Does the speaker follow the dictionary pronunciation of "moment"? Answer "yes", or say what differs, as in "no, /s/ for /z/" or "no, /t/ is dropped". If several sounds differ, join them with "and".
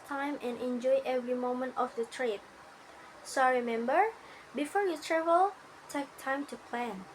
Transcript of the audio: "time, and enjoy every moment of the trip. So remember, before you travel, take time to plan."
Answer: yes